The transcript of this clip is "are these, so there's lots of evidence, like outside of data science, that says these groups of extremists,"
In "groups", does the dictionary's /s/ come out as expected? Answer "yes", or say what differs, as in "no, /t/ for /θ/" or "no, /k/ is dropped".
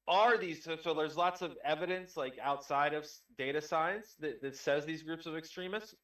yes